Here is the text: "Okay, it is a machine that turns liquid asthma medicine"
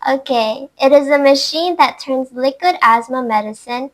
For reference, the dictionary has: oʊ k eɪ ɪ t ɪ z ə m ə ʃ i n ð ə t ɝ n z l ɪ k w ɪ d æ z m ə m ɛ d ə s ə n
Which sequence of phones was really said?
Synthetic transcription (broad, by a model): oʊ k eɪ ɪ t ɪ z ə m ə ʃ i n ð ə t ɝ n z l ɪ k w ɪ d æ z m ə m ɛ d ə s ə n